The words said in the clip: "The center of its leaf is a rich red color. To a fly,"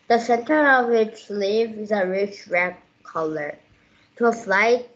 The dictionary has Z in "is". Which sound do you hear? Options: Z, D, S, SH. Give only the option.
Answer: Z